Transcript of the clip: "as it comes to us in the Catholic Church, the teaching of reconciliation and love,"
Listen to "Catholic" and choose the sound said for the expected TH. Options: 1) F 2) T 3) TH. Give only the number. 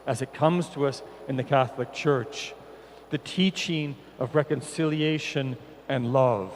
3